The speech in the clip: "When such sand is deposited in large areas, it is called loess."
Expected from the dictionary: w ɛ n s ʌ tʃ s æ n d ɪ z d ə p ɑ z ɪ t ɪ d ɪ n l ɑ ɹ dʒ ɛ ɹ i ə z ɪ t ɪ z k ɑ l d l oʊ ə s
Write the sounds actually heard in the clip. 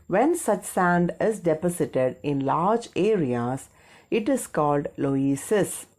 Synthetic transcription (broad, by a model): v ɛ n s ʌ tʃ s æ n d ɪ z d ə p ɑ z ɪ t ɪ d ɪ n l ɑ ɹ dʒ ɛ ɹ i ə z ɪ t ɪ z k ɑ l d l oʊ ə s